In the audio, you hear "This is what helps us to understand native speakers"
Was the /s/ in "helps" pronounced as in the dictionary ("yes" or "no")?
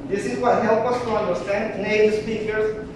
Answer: no